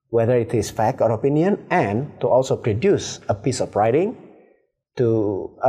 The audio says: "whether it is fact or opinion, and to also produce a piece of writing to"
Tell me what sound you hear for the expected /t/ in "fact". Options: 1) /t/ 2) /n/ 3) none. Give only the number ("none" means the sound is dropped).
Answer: 3